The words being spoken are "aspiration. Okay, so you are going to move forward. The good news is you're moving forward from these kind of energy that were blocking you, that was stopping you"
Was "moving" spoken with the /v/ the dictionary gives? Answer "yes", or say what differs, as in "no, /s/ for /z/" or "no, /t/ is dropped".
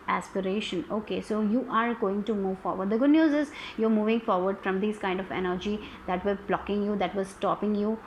yes